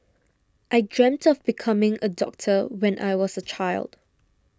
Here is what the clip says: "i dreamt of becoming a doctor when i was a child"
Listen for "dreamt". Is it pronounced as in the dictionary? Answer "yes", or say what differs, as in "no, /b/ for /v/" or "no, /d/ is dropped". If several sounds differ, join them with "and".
yes